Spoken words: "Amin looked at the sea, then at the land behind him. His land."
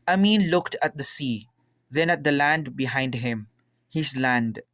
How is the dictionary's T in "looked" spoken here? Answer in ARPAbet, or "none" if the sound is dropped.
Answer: T